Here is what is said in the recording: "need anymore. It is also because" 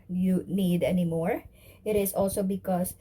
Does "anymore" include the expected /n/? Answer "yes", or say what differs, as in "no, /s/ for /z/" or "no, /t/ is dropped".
yes